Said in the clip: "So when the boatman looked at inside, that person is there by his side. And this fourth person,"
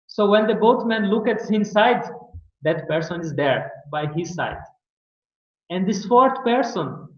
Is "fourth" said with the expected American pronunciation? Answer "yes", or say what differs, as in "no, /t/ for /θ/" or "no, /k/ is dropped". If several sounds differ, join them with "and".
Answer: no, /t/ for /θ/